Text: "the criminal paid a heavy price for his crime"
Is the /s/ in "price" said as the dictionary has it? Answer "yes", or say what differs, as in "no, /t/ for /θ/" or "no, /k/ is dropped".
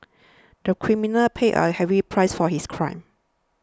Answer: yes